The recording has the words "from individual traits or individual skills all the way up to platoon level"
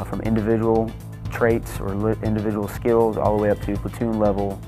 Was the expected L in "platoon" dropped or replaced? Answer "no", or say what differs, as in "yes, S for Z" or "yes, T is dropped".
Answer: yes, L is dropped